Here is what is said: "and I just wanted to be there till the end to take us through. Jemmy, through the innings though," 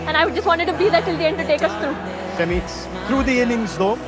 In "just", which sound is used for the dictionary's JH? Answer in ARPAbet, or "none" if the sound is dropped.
JH